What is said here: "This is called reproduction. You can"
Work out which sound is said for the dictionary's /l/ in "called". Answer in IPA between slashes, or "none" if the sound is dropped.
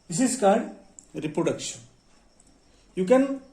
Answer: none